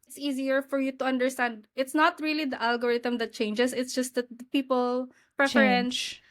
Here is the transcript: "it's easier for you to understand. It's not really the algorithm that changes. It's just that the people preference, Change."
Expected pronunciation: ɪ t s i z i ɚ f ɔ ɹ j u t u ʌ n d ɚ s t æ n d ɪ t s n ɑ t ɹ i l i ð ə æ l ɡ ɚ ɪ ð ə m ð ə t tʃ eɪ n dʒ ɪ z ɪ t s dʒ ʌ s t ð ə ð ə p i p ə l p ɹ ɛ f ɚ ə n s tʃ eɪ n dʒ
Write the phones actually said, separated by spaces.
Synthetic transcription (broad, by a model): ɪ t s i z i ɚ f ɔ ɹ j u t u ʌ n d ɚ s t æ n d ɪ t s n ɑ t ɹ i l i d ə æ l ɡ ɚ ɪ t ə m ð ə t tʃ eɪ n dʒ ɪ s ɪ t s dʒ ʌ s t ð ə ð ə p i p ə l p ɹ ɛ f ɚ ə n s